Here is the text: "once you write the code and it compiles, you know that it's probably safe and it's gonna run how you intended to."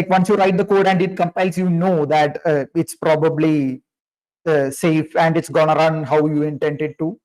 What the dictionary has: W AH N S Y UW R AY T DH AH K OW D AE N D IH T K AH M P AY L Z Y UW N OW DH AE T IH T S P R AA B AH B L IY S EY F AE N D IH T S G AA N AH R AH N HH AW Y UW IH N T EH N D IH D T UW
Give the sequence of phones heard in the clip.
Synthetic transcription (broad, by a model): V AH N S Y UW R AY T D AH K OW D AE N D IH T K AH M P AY L S Y UW N OW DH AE T IH T S P R AA B AH B L IY S EY F AE N D IH T S G AA N AH R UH N HH AW Y UW IH N T EH N D IH D T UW